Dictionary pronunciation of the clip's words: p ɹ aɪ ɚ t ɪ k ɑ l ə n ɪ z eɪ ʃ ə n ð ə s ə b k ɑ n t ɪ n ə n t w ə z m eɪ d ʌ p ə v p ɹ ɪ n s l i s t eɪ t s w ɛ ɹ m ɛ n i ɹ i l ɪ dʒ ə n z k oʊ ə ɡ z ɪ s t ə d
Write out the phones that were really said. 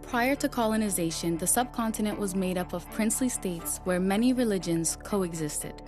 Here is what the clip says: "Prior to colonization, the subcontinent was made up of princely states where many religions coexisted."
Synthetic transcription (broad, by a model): p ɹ aɪ ɚ t ɪ k ɑ l ə n ɪ z eɪ ʃ ə n ð ə s ə b k ɑ n t ɪ n ə n t w ə z m eɪ d ʌ p ə v p ɹ ɪ n s l i s t eɪ t s w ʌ ɹ m ɛ n i ɹ i l ɪ dʒ ə n z k oʊ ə ɡ z ɪ s t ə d